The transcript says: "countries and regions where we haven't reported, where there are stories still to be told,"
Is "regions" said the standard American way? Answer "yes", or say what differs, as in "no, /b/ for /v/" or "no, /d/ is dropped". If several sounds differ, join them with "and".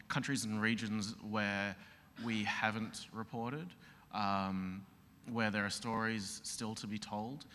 yes